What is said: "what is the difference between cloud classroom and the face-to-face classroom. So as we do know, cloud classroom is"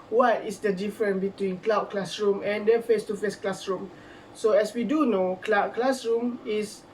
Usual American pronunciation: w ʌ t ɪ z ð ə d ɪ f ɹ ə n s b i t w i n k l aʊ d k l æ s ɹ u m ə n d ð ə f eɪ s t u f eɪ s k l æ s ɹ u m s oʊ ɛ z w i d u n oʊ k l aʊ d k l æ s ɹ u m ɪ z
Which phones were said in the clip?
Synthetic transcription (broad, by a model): w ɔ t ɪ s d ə d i f ɹ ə n b i t w i n k l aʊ k l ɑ s ɹ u m ə n d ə f eɪ s t u f eɪ s k l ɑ s ɹ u m s oʊ ɛ s w i d u n oʊ k l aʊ k l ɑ s ɹ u m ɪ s